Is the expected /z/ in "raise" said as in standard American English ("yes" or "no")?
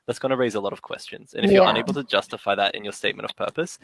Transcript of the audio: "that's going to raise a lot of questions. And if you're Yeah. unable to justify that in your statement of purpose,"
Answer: yes